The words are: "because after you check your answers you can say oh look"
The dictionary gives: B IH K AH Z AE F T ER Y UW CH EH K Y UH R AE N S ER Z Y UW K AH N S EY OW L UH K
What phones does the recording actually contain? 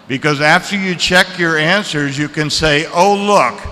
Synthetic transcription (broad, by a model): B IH K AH Z AE F T ER Y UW CH EH K Y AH R AE N S ER Z Y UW K AH N S EY OW L UH K